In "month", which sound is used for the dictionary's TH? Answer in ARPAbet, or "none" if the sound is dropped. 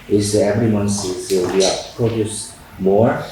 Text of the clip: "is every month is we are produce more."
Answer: S